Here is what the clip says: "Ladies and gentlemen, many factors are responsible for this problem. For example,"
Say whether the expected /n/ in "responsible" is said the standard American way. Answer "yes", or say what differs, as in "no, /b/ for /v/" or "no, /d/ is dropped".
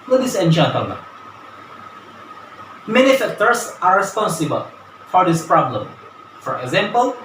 yes